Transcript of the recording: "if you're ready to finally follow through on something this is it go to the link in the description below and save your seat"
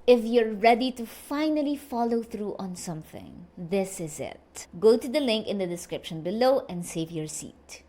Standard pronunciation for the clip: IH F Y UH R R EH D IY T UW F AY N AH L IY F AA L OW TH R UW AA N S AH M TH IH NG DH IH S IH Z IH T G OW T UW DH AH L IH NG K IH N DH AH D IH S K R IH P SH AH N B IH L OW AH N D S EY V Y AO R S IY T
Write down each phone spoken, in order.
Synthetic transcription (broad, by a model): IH F Y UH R R EH D IY T UW F AY N AH L IY F AA L OW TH R UW AA N S AH M TH IH NG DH IH S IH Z IH T G OW T UW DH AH L IH NG K IH N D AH D IH S K R IH P SH AH N B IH L OW AH N D S EY V Y AO R S IY T